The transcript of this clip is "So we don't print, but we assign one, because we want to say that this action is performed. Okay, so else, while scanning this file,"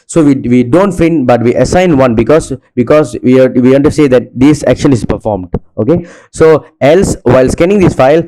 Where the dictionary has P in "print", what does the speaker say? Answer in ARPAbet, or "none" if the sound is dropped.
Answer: F